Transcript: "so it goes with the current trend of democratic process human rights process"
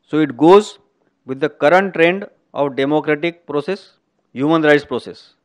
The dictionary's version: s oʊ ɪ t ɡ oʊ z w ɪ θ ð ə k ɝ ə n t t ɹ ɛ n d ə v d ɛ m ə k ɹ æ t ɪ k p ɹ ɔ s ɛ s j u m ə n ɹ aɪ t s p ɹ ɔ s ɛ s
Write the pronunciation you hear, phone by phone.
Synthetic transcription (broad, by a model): s oʊ ɪ t ɡ oʊ z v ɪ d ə k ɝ ə n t t ɹ ɛ n d ə v d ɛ m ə k ɹ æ t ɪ k p ɹ ɔ s ɛ s j u m ə n ɹ aɪ t s p ɹ ɔ s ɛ s